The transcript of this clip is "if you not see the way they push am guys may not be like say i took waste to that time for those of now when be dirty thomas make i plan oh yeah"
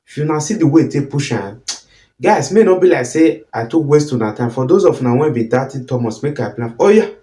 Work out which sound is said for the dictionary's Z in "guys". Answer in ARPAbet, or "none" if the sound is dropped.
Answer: S